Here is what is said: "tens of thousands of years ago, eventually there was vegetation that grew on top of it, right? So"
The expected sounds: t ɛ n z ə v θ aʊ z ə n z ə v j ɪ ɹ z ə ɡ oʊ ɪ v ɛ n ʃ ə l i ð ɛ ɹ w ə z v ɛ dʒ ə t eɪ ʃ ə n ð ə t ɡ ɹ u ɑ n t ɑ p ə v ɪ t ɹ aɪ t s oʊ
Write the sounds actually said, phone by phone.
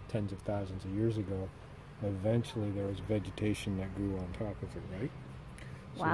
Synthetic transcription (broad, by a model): t ɛ n z ə v θ aʊ z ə n z ə v j ɪ ɹ z ə ɡ oʊ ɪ v ɛ n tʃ l i ð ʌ ɹ w ə z v ɛ dʒ ə t eɪ ʃ ə n ð ə t ɡ ɹ u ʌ n t ɑ p ə v ɪ t ɹ aɪ t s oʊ